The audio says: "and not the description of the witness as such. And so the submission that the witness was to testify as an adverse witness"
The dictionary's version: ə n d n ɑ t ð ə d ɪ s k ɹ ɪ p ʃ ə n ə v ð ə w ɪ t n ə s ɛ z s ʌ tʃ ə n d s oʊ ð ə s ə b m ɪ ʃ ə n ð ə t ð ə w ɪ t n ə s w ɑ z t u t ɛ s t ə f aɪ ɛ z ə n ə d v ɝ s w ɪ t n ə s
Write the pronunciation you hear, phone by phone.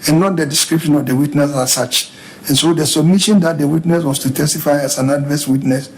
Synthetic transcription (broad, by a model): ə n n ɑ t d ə d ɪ s k ɹ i p ʃ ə n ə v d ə w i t n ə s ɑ s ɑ tʃ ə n s oʊ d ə s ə b m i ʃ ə n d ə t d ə w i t n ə s w ɑ s t u t ɛ s t ə f aɪ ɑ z ə n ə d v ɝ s w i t n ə s